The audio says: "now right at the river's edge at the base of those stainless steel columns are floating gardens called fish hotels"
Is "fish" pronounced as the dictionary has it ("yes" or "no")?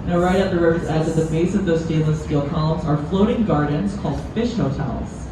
yes